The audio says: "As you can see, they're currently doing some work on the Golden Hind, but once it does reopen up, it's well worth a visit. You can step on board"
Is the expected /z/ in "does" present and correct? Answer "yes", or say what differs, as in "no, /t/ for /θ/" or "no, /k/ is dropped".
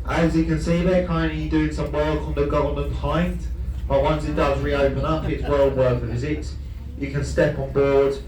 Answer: yes